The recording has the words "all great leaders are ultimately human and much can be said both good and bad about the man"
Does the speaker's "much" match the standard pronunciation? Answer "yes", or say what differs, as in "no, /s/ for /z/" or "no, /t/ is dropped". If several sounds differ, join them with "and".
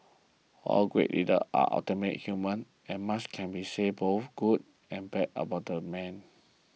no, /s/ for /tʃ/